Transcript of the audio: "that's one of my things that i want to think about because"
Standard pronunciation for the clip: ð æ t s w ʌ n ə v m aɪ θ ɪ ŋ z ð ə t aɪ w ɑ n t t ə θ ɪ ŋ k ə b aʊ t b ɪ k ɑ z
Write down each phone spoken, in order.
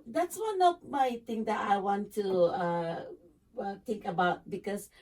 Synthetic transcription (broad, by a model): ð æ t s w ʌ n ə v m aɪ t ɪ ŋ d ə t aɪ w ɑ n t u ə t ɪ ŋ k ə b aʊ t b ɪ k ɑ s